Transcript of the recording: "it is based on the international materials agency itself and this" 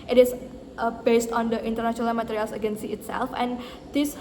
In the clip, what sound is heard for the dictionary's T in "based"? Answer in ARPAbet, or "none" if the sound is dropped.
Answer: T